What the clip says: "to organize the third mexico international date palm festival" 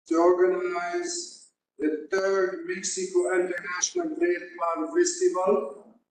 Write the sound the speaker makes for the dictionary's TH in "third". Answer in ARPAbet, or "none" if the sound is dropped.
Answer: T